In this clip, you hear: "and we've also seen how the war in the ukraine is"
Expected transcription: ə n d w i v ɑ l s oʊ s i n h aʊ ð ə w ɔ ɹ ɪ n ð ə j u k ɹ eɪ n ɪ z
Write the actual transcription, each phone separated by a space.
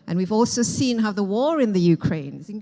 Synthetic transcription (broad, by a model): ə n w i v ɑ l s oʊ s i n h aʊ ð ə w ɔ ɹ ɪ n ð ə j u k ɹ eɪ ɪ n